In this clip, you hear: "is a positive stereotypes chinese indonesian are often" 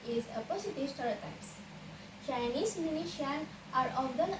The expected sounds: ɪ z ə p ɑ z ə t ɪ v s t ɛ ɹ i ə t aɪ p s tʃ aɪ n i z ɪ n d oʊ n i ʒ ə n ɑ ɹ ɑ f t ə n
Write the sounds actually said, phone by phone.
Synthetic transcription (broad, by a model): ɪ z ə p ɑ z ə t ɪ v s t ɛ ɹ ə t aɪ s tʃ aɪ n i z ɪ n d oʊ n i ʃ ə n ɑ ɹ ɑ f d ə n